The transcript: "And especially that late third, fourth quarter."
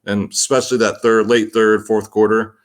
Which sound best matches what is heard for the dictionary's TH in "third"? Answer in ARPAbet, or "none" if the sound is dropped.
TH